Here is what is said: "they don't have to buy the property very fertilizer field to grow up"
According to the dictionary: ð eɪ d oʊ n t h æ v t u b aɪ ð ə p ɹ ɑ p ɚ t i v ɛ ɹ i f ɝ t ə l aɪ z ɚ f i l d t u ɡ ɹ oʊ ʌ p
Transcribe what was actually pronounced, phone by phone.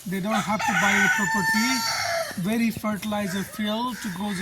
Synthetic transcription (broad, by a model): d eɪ d oʊ n t h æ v t u b aɪ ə p ɹ ɑ p ɚ t i v ɛ ɹ i f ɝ t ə l aɪ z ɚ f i l t u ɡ oʊ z